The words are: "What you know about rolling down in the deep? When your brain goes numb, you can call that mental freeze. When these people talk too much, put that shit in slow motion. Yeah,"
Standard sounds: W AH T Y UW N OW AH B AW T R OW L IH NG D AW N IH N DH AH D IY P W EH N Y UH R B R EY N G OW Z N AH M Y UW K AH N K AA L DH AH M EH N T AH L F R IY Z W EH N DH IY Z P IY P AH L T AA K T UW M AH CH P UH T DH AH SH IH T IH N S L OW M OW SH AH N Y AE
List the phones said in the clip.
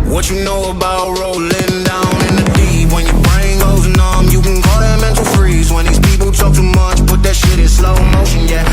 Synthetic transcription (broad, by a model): W AH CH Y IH N OW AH B AW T R OW L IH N D AW N IH N DH AH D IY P W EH N Y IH R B R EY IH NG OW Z N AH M Y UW K AH N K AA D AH M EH N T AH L F R IY Z W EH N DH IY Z P IY P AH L T AA K T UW M AH CH B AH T DH AH SH IH T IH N S L OW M OW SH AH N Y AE